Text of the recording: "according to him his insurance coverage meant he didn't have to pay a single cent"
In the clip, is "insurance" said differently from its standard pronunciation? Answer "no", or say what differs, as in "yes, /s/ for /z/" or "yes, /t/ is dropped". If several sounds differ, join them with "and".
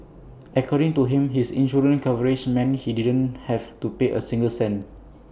yes, /s/ is dropped